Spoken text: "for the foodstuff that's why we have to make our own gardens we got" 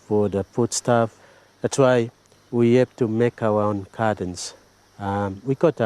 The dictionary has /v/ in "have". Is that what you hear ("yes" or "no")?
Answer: no